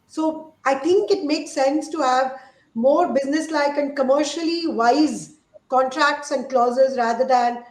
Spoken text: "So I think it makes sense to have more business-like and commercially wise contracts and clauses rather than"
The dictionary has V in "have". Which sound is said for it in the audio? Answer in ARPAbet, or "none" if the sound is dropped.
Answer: V